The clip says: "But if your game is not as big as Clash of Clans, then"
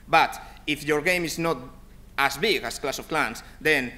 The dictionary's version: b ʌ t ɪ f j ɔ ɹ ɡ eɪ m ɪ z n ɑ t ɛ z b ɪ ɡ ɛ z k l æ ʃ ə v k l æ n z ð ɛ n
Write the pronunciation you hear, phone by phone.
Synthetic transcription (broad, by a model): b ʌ t ɪ f j ɔ ɹ ɡ eɪ m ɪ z n ɑ t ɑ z b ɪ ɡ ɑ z k l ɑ s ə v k l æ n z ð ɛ n